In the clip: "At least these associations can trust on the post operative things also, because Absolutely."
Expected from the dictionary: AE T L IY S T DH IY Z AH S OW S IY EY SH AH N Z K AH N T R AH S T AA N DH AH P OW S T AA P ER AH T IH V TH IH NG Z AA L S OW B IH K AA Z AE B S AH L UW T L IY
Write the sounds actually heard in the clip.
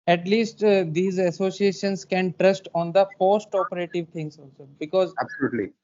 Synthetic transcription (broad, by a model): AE T L IY S T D IY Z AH S OW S IY EY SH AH N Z K AH N T R AH S T AA N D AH F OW S T AA P ER AH T IH V T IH NG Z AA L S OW B IH K AA Z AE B S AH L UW T L IY